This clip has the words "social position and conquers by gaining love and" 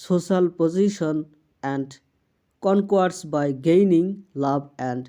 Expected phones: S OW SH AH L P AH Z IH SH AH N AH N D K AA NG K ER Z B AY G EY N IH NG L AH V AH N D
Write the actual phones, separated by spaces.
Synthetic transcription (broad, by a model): S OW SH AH L P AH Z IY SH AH N AH N D K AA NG K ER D B AY G EY N IH NG L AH B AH N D